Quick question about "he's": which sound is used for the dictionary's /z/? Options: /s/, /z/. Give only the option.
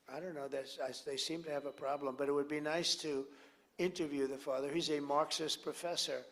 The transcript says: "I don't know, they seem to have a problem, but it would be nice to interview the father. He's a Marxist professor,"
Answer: /z/